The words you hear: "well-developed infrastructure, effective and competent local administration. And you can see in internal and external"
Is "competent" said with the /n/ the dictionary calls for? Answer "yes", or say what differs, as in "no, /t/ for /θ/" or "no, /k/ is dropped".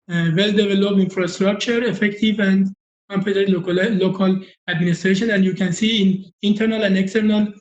no, /n/ is dropped